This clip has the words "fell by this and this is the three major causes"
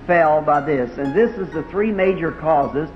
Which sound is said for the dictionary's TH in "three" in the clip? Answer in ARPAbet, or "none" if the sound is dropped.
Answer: TH